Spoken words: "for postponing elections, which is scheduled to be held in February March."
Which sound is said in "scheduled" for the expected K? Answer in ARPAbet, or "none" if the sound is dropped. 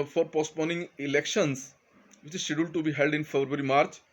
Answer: none